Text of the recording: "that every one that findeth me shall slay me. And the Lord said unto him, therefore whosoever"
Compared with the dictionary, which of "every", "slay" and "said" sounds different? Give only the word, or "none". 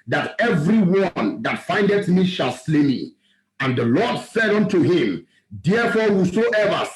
none